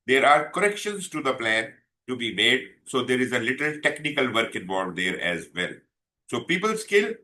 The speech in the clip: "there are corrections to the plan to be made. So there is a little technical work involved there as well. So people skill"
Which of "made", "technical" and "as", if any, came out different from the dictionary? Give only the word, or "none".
none